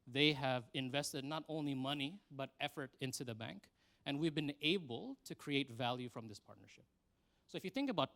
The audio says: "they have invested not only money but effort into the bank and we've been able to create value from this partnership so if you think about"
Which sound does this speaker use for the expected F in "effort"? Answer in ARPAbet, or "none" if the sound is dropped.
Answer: F